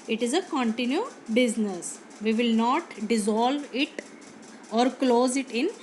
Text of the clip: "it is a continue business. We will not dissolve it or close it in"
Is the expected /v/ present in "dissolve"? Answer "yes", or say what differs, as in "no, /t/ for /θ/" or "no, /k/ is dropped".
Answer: yes